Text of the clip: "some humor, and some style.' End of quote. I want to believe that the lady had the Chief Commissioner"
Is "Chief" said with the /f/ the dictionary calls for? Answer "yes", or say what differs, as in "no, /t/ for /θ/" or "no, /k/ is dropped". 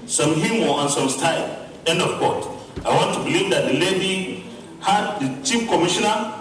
no, /p/ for /f/